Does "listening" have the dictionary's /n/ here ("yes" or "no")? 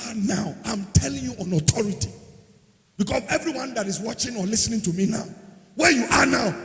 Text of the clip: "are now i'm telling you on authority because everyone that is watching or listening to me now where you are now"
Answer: yes